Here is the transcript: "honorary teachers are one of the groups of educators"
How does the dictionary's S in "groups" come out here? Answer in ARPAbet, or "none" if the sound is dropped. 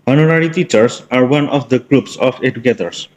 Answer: S